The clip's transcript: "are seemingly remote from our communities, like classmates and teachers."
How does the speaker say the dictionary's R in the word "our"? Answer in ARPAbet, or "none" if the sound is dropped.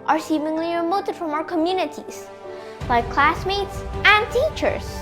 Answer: R